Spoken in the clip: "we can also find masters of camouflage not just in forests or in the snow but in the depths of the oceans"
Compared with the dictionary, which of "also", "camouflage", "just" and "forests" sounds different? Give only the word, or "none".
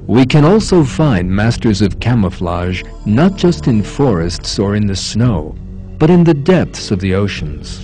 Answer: none